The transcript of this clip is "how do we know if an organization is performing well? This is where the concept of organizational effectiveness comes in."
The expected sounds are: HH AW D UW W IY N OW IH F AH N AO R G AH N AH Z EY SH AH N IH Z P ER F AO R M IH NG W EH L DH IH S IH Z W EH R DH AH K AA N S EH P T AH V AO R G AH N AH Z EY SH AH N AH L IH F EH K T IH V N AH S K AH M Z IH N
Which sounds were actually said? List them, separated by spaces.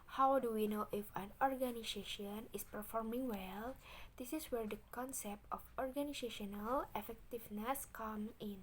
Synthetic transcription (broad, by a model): HH AW D UW W IY N OW IH F AH N AO R G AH N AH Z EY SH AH N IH S P ER F AO R M IH NG W EH L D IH S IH S W EH R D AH K AA N S EH P T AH F AO R G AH N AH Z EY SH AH N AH L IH F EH K T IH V N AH S K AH M IH N